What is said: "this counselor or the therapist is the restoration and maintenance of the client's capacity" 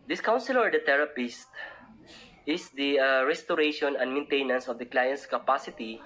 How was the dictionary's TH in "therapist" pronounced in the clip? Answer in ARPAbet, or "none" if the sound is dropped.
T